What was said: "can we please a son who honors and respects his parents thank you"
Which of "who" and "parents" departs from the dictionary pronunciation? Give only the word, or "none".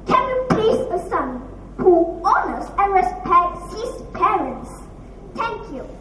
none